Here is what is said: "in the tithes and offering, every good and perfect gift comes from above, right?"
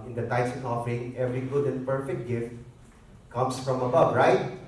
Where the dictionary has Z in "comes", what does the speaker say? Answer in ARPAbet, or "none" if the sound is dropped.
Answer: S